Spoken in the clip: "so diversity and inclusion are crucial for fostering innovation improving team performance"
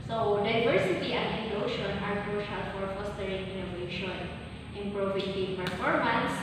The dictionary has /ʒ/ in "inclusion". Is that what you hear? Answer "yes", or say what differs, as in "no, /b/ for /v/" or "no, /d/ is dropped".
no, /ʃ/ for /ʒ/